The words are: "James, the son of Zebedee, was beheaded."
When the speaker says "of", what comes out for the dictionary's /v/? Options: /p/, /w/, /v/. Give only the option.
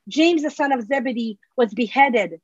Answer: /v/